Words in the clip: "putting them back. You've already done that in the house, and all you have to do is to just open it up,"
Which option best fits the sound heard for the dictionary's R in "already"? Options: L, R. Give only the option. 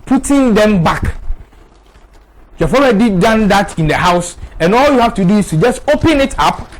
L